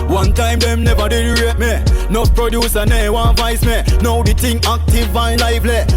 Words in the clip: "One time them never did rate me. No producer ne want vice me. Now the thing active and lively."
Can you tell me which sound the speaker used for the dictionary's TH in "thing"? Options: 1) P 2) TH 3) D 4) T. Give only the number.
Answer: 4